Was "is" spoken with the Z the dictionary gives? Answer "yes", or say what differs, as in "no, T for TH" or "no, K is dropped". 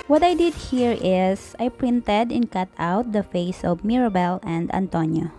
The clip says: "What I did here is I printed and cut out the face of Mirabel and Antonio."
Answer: no, S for Z